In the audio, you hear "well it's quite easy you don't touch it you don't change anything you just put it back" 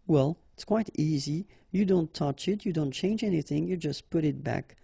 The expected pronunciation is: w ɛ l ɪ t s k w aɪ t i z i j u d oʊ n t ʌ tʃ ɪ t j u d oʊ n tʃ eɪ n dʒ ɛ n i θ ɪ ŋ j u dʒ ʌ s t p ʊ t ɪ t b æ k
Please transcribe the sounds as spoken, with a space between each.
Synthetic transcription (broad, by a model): w ɛ l ɪ t s k w aɪ t i z i j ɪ d oʊ n t ʌ tʃ ɪ t j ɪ d oʊ n tʃ eɪ n dʒ ɛ n i θ ɪ ŋ j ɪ dʒ ʌ s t p ʊ t ɪ t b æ k